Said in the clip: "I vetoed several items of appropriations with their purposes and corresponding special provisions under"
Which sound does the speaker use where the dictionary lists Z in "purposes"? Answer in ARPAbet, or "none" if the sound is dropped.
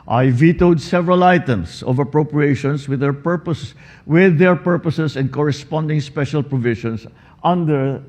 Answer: S